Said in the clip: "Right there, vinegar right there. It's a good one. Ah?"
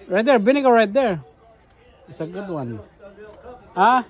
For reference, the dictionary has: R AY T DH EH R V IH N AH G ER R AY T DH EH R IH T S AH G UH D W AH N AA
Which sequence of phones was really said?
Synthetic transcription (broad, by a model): R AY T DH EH R B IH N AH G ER R AY T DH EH R IH T S AH G UH D W AH N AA